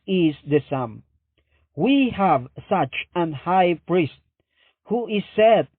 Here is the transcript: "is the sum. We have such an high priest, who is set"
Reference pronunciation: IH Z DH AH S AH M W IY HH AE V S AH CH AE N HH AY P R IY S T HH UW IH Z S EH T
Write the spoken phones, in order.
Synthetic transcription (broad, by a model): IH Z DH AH S AH M W IY HH AE V S AH CH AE N HH AY P R IY S T HH UW IH Z S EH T